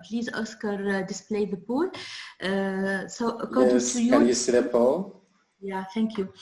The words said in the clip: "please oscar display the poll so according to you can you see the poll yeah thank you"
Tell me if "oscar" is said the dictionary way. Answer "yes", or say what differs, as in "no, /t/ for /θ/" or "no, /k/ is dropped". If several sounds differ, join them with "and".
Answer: yes